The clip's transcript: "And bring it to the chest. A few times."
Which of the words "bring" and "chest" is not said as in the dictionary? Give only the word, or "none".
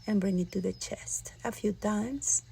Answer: none